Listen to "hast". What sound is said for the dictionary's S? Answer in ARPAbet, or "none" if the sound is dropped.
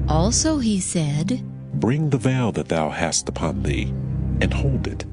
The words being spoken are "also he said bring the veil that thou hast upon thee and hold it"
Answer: S